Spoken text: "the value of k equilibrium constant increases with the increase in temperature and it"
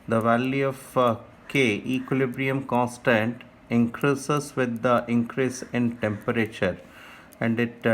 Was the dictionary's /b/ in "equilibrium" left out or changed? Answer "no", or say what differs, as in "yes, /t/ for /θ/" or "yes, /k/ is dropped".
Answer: no